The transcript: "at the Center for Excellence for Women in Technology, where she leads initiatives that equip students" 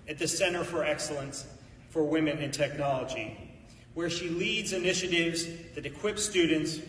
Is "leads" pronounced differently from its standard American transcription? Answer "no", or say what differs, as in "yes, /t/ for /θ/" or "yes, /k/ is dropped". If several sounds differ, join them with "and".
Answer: no